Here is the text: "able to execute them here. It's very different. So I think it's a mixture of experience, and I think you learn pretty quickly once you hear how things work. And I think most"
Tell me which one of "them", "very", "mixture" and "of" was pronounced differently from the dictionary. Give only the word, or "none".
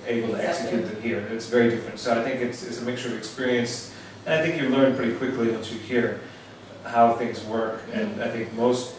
none